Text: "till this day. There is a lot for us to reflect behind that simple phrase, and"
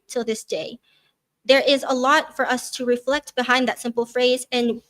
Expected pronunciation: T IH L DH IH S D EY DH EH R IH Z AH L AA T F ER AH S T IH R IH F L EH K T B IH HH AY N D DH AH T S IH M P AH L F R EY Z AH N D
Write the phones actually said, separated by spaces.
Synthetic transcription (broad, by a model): T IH L DH IH S D EY DH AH R IH Z AH L AA T F ER AH S T IH R IH F L EH K T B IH HH AY N DH AH T S IH M P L F R EY Z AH N